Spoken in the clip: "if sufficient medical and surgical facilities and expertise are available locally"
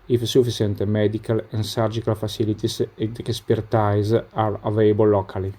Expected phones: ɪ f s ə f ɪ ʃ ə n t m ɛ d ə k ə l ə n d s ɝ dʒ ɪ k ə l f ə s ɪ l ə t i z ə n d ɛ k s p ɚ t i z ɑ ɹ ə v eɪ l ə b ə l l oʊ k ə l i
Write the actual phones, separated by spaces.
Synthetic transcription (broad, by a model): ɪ f s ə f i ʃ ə n t m ɛ d ə k ə l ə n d s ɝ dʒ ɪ k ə l f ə s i l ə t i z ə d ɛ s p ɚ t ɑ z ɑ ɹ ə v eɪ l b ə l l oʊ k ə l i